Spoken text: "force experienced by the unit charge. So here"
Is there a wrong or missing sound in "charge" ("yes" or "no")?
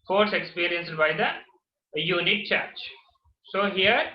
yes